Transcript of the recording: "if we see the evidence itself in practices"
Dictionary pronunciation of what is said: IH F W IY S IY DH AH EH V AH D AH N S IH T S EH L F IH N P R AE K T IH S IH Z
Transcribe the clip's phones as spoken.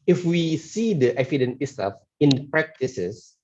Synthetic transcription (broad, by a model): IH F W IY S IY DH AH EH F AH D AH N IH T S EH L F IH N P R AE K T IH S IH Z